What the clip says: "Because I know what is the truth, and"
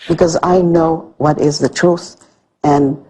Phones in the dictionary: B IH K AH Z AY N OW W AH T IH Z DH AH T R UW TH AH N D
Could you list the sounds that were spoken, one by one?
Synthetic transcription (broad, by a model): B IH K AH Z AY N OW W AH T IH Z DH AH T R UW TH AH N